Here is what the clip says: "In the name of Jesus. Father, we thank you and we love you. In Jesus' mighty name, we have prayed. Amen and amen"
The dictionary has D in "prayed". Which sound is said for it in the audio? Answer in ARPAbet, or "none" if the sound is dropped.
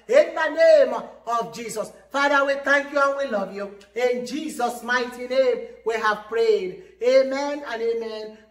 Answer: D